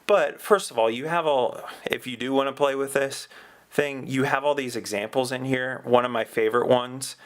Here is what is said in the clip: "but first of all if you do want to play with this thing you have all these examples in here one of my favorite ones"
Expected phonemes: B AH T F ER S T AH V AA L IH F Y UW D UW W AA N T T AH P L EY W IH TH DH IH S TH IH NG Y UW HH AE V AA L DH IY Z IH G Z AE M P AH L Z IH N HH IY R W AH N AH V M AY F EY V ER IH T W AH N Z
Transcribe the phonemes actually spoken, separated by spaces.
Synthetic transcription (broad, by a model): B AH T F ER S T AH V AA L IH F Y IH D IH W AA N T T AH P L EY W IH DH IH S TH IH NG Y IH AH V AA L DH IY Z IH G Z AE M P L Z IH N HH IY R W AH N AH V M AY F EY V ER IH T W AH N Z